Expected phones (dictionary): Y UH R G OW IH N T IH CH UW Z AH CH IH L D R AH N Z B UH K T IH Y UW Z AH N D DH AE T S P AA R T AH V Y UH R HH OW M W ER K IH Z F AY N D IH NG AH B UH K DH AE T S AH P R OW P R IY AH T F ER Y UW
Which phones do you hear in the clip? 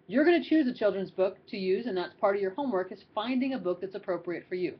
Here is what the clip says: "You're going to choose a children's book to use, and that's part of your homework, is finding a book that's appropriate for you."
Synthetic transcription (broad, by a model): Y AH R G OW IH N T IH CH UW Z AH CH IH L D R AH N Z B UH K T IH Y UW Z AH N DH AE T S P AA R T AH V Y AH R HH OW M W ER K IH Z F AY N D IH NG AH B UH K DH AE T S AH P R OW P R IY AH T F ER Y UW